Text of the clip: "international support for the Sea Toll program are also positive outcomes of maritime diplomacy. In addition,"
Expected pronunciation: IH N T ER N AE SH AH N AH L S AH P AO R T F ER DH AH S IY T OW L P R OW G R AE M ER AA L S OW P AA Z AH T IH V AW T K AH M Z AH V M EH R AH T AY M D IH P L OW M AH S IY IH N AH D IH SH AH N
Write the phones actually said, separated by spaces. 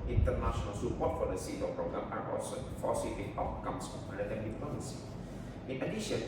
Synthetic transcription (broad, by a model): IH N T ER N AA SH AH N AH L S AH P AO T F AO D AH S IY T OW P R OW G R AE M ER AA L S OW F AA S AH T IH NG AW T K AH M S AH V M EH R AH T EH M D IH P OW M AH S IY IH N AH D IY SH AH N